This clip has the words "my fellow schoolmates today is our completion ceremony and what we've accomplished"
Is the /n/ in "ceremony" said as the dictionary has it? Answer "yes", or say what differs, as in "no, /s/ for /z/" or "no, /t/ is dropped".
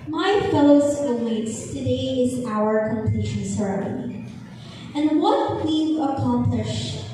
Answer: no, /n/ is dropped